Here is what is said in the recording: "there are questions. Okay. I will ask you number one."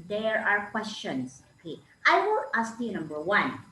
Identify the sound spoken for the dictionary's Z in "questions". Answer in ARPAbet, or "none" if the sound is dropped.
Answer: S